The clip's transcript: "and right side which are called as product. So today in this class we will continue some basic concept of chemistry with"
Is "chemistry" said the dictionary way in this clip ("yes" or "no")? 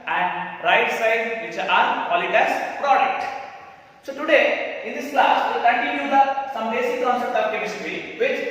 no